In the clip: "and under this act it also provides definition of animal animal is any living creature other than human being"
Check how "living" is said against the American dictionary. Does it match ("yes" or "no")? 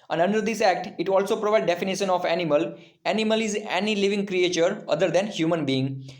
yes